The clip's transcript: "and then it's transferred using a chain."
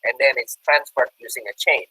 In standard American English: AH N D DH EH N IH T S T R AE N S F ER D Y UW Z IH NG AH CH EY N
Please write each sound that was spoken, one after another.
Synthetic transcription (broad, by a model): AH N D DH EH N IH T S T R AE N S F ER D Y UW Z IH NG AH CH EY N